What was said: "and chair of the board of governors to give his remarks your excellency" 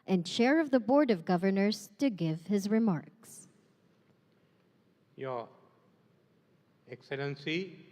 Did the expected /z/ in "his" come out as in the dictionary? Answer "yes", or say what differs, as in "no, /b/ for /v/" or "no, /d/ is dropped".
yes